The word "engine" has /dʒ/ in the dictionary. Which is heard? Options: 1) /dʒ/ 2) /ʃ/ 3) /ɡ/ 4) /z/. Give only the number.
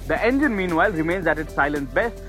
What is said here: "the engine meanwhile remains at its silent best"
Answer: 1